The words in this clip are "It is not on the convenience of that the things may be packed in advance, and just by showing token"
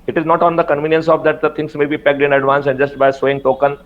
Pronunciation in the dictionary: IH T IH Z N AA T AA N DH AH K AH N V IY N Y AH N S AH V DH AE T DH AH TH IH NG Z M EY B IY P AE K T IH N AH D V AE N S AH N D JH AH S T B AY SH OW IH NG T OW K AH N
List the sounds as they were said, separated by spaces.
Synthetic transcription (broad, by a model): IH T IH Z N AA T AA N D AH K AH N V IY N Y AH N S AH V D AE T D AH T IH NG S M EY B IY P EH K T IH N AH D V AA N S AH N JH AH S T B AY S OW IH NG T OW K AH N